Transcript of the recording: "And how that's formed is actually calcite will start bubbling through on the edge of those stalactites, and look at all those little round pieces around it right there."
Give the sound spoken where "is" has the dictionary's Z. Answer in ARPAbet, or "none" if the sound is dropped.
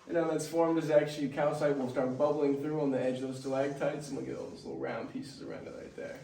Z